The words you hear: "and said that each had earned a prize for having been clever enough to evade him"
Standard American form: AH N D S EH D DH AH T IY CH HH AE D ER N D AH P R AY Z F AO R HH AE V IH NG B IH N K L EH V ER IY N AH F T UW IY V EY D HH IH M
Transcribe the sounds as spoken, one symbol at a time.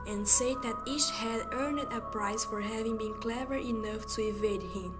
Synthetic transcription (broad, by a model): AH N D S EH D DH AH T IY CH HH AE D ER N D AH P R AY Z F AO R HH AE V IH NG B IH N K L EH V ER IY N AH F T UW IY V EY D HH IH M